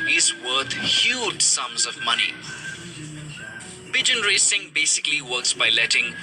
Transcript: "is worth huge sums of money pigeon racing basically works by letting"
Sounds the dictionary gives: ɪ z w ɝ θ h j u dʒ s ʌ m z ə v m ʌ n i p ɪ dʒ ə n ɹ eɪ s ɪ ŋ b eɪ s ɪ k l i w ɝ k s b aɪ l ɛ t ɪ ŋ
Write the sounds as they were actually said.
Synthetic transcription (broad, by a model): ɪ z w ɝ t h j u dʒ s ʌ m z ə v m ʌ n i b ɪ dʒ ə n ɹ eɪ s ɪ ŋ b eɪ s ɪ k l i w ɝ k s b aɪ l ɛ t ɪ ŋ